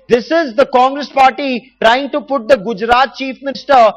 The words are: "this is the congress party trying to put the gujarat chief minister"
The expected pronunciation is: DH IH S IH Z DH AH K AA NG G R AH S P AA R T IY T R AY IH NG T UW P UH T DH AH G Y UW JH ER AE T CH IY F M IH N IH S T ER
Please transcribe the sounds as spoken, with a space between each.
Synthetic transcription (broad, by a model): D IH S IH Z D AH K AA NG G R AH S P AA R T IY T R AY IH NG T UW P UH T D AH G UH JH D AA T CH IY F M IH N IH S T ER